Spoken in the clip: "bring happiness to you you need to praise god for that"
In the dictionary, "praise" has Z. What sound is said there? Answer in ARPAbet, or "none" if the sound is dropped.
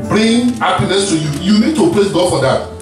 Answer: S